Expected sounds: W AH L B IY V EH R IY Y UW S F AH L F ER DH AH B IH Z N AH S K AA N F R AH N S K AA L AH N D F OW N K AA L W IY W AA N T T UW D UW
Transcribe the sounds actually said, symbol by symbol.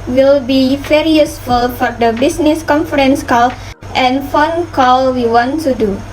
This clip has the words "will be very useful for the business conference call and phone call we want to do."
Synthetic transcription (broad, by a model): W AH L B IY F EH R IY Y UW S F AH L F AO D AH B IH S N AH S K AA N F R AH N S K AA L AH N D F OW N K AA L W IY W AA N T T UW D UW